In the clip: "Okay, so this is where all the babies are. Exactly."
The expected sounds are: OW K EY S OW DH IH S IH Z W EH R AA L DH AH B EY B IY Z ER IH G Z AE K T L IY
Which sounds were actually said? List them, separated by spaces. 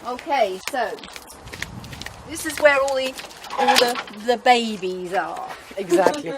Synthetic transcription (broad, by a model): OW K EY S OW DH IH S IH Z W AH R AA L DH AH B EY B IY Z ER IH G Z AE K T L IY